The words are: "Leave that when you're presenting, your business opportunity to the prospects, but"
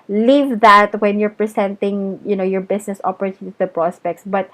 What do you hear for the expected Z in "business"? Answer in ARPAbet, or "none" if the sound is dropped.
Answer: S